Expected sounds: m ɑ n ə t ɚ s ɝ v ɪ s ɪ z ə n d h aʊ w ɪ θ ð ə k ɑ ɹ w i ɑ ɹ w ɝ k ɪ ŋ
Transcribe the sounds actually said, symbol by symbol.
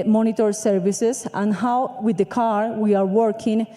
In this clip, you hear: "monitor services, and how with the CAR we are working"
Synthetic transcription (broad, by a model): m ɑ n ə t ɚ s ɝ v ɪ s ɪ s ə n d h aʊ w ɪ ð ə k ɑ ɹ w i ɑ ɹ w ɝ k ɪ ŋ